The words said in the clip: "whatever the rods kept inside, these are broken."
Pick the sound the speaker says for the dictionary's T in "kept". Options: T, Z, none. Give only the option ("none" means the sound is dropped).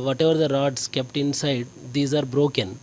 T